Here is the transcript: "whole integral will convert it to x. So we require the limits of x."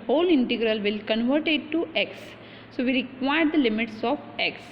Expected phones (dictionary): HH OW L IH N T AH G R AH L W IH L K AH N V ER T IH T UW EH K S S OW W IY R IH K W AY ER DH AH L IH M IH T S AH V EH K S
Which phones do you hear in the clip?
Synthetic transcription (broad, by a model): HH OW L IH N T AH G R AH L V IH L K AH N V ER T IH T UW EH K S S OW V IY R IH K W AY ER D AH L IH M IH T S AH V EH K S